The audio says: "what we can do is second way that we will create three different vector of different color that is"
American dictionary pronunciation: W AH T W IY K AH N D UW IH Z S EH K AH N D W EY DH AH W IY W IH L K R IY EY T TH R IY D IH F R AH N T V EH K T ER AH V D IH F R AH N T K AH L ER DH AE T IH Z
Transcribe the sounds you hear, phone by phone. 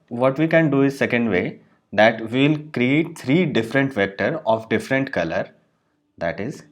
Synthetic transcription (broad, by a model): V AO T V IY K AH N D UW IH Z S EH K AH N D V EY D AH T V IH L K R IY EY T T R IY D IH F R AH N T V EH K T ER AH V D IH F R AH N T K AH L ER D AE T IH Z